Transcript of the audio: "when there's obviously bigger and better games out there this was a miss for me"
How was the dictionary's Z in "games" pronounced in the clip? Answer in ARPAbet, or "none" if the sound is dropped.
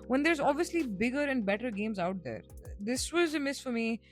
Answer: Z